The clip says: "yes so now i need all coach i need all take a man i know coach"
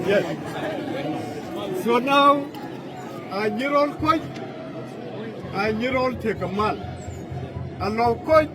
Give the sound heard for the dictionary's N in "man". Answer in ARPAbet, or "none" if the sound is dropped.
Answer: L